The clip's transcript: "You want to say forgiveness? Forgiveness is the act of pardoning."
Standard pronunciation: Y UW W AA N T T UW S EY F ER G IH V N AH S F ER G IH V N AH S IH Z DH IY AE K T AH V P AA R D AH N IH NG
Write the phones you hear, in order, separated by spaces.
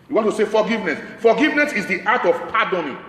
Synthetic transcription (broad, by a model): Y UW W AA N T T UW S EY F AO G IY V N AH S F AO G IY V N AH S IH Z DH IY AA T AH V P AA D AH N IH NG